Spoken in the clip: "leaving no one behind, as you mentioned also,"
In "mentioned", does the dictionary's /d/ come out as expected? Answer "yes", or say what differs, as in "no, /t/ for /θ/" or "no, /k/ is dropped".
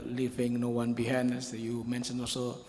no, /d/ is dropped